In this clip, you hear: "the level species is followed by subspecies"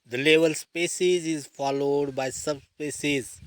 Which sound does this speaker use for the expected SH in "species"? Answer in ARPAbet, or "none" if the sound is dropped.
S